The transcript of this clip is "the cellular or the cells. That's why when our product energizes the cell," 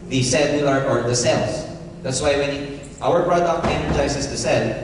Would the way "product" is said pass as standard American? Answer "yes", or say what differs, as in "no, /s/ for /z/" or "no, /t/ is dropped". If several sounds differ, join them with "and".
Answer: no, /b/ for /p/